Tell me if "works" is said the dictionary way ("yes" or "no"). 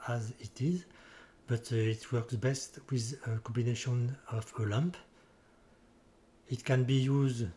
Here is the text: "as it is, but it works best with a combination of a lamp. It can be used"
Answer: yes